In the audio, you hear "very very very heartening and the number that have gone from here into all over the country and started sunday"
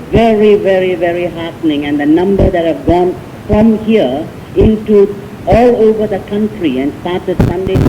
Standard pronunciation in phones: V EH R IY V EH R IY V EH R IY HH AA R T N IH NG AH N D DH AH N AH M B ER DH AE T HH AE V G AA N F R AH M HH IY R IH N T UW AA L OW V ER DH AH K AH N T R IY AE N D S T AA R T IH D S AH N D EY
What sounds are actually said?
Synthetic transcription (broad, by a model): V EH R IY V EH R IY V EH R IY HH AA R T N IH NG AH N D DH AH N AH M B ER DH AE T HH AE V G AA N F R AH M HH IY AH IH N T UW AA L OW V ER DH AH K AH N T R IY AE N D S T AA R T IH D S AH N D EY